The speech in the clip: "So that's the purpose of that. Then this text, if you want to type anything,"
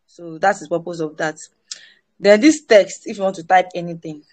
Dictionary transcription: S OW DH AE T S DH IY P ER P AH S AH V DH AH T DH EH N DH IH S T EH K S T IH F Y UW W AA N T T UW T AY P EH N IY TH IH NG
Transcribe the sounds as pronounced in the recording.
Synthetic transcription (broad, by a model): S OW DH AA T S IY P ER P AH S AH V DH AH T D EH N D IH S T EH K S T IH F Y UW W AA N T T UW T AY P EH N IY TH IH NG